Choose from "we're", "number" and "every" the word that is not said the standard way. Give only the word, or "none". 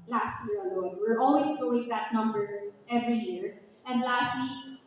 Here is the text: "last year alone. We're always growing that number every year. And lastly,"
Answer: none